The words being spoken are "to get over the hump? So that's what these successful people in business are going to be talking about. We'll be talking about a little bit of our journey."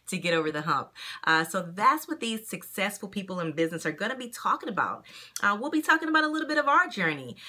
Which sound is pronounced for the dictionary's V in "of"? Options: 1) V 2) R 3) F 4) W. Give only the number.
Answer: 1